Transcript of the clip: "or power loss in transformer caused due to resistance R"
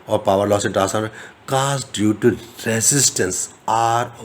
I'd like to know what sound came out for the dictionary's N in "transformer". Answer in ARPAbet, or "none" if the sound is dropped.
none